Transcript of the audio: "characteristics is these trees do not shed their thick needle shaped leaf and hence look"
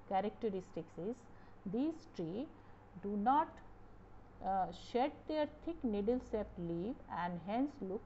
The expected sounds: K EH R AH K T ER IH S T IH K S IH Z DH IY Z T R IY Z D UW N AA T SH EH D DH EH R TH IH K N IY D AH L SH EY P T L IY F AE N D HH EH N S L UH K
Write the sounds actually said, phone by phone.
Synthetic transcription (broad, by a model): K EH R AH K T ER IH S T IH K S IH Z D IY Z T R IY D UW N AA T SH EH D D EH R T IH K N IY D AH L S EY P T L IY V AE N D HH EH N S L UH K